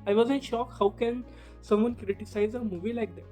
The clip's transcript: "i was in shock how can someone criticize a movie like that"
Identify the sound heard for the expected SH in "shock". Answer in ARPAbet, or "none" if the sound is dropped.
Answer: SH